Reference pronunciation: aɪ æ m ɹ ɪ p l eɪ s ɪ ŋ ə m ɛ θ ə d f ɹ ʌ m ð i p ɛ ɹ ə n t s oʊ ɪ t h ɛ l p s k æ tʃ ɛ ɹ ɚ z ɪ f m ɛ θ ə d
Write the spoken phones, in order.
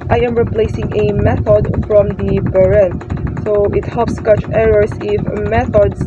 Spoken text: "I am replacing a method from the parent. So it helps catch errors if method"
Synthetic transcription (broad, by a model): aɪ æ m ɹ ɪ p l eɪ s ɪ ŋ ə m ɛ θ ə d f ɹ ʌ m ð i b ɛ ɹ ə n s oʊ ɪ t h ɛ l p s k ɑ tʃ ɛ ɹ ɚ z ɪ f m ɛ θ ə d